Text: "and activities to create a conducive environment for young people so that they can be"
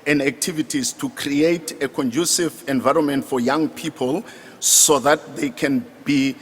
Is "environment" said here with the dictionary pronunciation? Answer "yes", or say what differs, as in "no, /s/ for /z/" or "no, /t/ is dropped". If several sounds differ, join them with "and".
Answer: yes